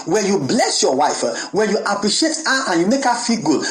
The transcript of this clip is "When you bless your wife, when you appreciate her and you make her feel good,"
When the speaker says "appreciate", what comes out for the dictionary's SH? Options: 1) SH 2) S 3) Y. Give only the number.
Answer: 1